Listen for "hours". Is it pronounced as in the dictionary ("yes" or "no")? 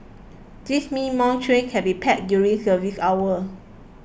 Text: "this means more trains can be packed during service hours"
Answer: no